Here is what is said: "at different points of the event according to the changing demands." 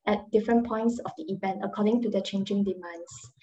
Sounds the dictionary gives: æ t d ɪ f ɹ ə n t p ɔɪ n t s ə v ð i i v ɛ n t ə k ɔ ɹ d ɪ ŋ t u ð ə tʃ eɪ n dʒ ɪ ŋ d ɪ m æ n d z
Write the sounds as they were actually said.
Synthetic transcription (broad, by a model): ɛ t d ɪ f ɹ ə n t p ɔɪ n t s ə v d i i v ɛ n t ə k ɔ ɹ d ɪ ŋ t u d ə tʃ eɪ n dʒ ɪ ŋ d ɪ m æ n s